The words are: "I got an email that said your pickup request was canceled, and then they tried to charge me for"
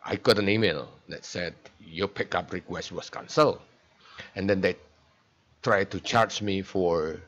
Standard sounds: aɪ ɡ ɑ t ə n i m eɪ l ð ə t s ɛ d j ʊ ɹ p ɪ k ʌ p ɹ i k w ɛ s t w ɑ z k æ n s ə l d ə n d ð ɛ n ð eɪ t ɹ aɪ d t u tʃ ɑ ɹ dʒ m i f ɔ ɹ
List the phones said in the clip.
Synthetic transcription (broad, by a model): aɪ ɡ ɑ t ə n i m eɪ l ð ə t s ɛ d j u l p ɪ k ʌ p ɹ i k w ɛ s t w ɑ s k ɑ n s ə l ə n d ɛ n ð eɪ t ɹ aɪ d t u tʃ ɑ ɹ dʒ m i f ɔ ɹ